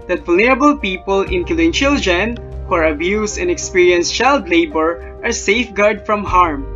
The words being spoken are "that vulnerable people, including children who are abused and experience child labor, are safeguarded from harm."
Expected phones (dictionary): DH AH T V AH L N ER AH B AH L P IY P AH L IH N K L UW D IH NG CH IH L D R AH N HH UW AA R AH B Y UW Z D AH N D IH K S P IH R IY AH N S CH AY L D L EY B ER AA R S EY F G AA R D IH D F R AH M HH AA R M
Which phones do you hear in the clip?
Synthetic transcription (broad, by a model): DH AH T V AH L N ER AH B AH L P IY P AH L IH N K IH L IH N CH IH L D R AH N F AA R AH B Y UW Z AH N D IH K S P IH R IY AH N S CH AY L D L EY B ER AA R S EY F G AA R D D F R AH M HH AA R M